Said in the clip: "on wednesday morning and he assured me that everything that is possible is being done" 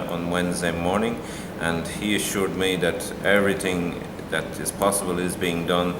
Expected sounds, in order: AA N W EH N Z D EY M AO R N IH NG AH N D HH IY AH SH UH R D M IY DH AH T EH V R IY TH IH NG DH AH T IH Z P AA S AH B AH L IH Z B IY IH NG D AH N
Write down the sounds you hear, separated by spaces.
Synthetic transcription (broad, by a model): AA N W EH N Z D EY M AO R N IH NG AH N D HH IY AH SH UH R D M IY DH AH T EH V R IY TH IH NG DH AH T IH Z P AA S AH B AH L IH Z B IY IH NG D AH N